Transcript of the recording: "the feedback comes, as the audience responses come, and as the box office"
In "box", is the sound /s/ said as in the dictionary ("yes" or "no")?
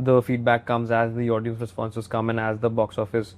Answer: yes